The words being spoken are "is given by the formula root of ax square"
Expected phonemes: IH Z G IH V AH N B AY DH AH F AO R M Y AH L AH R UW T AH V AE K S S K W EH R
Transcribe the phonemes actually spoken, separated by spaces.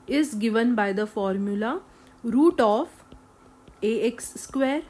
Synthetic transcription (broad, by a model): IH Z G IH V AH N B AY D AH F AO R M Y AH L AH R UW T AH F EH K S S K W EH R